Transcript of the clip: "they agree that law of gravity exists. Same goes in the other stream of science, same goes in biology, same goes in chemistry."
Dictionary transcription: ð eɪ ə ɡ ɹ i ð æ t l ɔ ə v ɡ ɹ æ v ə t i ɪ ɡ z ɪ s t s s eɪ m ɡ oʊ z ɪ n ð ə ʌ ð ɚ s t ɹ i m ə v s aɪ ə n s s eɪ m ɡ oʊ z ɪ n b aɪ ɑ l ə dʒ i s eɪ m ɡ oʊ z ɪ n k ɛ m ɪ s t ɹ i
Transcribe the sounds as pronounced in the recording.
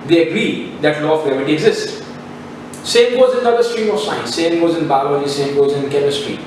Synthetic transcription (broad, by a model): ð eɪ ə ɡ ɹ i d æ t l ɔ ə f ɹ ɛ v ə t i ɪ ɡ z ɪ s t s s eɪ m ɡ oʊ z ɪ n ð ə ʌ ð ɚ s t ɹ i m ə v s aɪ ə n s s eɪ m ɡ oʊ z ɪ n b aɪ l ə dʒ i s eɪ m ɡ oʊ z ɪ n k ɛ m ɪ s t ɹ i